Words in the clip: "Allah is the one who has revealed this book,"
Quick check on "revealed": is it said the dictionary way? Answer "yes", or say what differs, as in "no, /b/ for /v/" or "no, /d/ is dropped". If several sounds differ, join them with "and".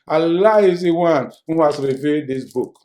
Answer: no, /l/ is dropped